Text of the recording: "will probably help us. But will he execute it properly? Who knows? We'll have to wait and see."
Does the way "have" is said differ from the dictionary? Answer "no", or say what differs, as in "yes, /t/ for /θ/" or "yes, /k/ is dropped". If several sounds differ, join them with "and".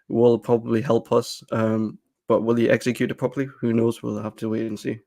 yes, /f/ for /v/